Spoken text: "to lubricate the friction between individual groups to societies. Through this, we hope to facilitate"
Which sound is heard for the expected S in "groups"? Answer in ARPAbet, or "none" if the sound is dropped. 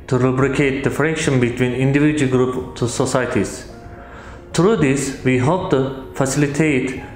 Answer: none